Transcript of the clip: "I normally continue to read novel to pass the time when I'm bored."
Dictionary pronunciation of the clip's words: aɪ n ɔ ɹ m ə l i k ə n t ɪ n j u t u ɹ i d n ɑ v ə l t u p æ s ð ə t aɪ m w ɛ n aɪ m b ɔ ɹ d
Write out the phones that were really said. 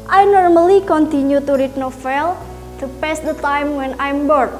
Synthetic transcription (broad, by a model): aɪ n ɔ ɹ m ə l i k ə n t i n j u t u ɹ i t n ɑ f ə l t u p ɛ s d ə t aɪ m w ɛ n aɪ m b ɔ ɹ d